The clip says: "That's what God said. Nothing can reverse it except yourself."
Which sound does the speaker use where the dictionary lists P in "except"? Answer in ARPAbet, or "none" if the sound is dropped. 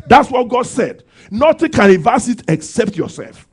P